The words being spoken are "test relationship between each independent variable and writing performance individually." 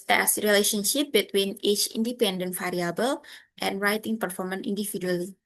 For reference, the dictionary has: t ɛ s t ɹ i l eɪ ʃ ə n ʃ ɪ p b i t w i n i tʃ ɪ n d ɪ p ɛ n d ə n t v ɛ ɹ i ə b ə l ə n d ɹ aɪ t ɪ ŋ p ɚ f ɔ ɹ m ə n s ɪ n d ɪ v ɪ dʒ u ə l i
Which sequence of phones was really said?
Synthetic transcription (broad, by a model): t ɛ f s ɹ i l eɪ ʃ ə n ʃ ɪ p b i t w i n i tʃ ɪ n d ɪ p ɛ n d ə n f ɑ ɹ i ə b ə l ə n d ɹ aɪ t ɪ ŋ p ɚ f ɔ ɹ m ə n i n d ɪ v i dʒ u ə l i